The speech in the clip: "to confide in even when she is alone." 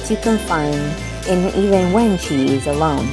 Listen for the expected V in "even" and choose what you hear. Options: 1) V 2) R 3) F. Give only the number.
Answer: 1